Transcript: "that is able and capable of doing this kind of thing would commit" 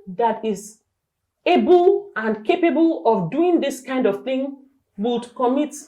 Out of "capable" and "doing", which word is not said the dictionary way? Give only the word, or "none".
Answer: none